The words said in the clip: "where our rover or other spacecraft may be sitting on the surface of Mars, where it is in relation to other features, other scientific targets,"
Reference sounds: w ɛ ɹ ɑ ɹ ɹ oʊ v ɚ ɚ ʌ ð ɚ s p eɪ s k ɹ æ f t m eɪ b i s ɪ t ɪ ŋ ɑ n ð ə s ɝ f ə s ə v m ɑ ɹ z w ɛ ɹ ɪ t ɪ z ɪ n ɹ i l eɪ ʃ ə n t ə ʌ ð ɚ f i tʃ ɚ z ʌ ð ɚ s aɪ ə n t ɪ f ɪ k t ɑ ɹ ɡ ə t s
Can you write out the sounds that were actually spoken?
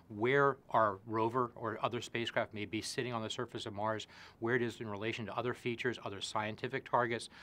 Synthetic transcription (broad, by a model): w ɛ ɹ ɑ ɹ ɹ oʊ v ɚ ɚ ʌ ð ɚ s p eɪ s k ɹ æ f t m eɪ b i s ɪ t ɪ ŋ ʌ n ð ə s ɝ f ə s ə v m ɑ ɹ z w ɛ ɹ ɪ t ɪ z ɪ n ɹ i l eɪ ʃ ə n t ə ʌ ð ɚ f i tʃ ɚ z ʌ ð ɚ s aɪ ə n t ɪ f ɪ k t ɑ ɹ ɡ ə t s